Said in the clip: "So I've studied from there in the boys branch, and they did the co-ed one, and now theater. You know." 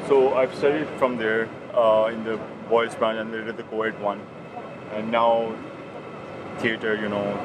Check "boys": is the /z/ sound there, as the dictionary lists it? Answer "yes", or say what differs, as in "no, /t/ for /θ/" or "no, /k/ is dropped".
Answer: no, /s/ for /z/